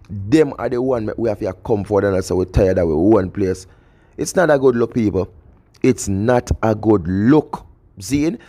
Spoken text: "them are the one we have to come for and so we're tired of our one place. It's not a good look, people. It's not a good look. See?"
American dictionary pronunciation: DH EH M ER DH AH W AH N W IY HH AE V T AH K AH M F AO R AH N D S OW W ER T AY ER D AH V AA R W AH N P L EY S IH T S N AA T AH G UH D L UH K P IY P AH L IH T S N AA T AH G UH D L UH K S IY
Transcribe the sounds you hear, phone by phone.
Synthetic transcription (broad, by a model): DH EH M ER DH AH W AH N W IY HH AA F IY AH K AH M F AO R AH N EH S OW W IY T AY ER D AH W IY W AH N P L EY S IH T S N AA T AH G UH D L UH K P IY P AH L IH T S N AA T AH G UH D L UH K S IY